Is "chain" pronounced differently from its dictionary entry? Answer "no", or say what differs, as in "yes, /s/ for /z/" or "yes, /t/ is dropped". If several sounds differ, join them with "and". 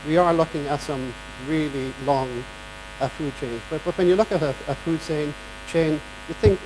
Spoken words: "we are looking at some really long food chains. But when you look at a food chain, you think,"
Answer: no